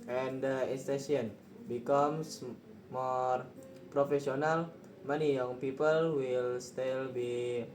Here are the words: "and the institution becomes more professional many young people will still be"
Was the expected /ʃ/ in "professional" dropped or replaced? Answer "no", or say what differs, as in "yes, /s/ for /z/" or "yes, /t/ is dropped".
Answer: yes, /s/ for /ʃ/